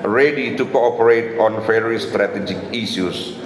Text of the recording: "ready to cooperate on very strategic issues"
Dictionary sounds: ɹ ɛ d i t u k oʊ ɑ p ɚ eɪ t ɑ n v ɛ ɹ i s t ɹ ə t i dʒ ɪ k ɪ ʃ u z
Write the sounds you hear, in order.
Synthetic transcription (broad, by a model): ɹ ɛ d i t u k oʊ ɑ p ɚ eɪ t ɑ n f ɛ ɹ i s t ɹ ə t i dʒ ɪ k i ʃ u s